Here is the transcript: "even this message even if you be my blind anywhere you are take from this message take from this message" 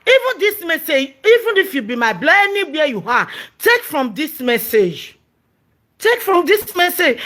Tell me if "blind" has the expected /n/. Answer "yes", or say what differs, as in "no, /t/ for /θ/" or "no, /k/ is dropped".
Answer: no, /n/ is dropped